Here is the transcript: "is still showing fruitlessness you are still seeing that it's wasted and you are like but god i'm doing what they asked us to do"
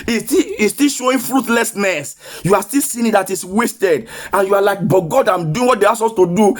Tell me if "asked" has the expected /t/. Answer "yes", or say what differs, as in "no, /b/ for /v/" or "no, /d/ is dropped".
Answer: no, /t/ is dropped